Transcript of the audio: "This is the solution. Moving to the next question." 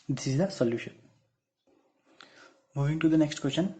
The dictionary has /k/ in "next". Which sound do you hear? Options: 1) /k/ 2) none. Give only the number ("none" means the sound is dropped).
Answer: 1